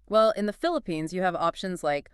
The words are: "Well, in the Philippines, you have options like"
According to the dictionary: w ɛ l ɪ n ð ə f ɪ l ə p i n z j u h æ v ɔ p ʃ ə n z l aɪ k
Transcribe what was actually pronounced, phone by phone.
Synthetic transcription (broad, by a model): w ɛ l ɪ n ð ə f ɪ l ə p i n z j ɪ v ɔ p ʃ ə n z l aɪ k